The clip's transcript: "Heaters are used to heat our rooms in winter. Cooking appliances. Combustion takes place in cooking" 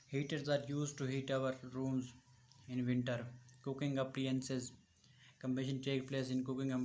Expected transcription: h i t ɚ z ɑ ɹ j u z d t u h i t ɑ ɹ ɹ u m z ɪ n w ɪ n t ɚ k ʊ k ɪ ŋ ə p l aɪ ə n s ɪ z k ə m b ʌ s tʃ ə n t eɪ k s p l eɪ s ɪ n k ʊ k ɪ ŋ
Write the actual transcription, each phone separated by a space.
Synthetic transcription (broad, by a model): h i t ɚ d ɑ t j u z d t u h i t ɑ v ɹ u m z ɪ n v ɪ n t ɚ k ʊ k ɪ ŋ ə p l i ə n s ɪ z k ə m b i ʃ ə n t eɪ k p l eɪ s ɪ n k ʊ k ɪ ŋ